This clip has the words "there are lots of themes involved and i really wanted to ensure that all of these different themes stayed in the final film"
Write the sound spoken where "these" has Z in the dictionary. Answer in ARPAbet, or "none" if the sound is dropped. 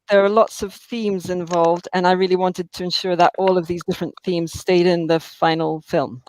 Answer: Z